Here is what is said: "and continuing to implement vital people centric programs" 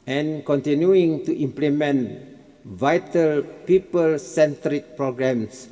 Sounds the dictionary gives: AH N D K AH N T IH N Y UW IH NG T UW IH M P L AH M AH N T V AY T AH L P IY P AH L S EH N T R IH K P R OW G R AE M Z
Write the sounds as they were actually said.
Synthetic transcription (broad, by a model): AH N K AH N T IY N Y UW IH NG T UW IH M P L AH M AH N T V AY T AH L P IY P AH L S EH N T R IH K P R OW G R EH M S